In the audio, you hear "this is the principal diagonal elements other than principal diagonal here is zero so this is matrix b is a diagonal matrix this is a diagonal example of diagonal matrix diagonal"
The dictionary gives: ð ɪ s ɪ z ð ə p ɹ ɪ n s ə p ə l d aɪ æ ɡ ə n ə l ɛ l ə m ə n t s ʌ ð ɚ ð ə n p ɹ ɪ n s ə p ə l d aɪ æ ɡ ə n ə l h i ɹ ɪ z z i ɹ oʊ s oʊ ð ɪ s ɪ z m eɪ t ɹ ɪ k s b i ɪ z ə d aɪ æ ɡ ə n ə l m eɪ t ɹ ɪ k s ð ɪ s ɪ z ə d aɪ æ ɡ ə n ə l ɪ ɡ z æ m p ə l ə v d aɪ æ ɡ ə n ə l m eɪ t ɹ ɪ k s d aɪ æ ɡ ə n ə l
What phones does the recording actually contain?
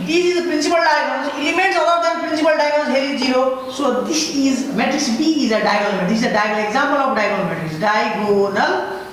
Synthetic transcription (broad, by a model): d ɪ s ɪ z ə p ɹ ɪ n s ə p ə l d aɪ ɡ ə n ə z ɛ l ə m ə t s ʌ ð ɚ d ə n p ɹ ɪ n s ə p ə l d aɪ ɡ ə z h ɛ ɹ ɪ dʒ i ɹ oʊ s oʊ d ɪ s ɪ z m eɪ t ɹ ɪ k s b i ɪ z ə d aɪ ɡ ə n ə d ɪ s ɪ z ə d aɪ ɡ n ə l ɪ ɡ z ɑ m p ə l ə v d aɪ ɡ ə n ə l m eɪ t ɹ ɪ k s d aɪ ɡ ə n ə l